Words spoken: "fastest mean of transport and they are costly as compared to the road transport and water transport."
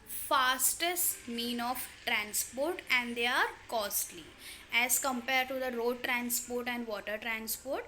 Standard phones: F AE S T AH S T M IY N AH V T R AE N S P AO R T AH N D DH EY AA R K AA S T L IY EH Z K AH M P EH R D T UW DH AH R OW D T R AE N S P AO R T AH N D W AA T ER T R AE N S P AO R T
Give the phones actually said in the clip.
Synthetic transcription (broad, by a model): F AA S T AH S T M IY N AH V T R AE N S P AO R T AH N D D EY AA R K AA S T L IY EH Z K AH M P EH R D T UW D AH R OW D T R AE N S P AO R T AH N D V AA T ER T R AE N S P AO R T